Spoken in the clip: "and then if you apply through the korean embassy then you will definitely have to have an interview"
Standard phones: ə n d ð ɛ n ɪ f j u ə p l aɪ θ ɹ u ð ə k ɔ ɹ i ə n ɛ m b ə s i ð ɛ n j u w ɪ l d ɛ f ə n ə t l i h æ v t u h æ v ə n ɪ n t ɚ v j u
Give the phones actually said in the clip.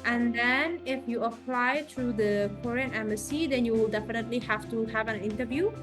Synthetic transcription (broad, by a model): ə n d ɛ n ɪ f j u ə p l aɪ t ɹ u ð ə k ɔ ɹ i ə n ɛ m ə s i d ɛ n j u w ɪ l d ɛ f ə n ə t l i h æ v t u h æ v ə n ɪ n t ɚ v j u